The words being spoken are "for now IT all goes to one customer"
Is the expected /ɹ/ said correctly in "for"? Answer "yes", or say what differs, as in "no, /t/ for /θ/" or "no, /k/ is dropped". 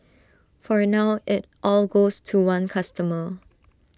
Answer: yes